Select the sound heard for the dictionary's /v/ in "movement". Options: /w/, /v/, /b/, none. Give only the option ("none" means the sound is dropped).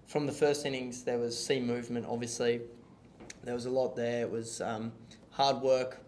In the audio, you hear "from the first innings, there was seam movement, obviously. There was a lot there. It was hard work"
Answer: /v/